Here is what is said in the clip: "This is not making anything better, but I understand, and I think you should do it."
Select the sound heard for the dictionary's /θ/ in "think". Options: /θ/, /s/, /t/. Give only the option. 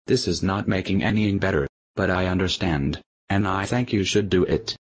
/θ/